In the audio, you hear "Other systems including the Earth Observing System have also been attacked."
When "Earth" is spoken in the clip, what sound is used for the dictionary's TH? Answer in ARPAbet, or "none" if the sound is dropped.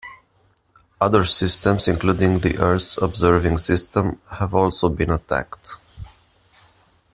S